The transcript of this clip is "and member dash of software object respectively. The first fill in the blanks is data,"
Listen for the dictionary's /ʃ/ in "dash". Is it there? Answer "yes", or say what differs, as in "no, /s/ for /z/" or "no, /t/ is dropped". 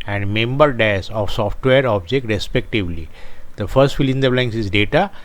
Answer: no, /s/ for /ʃ/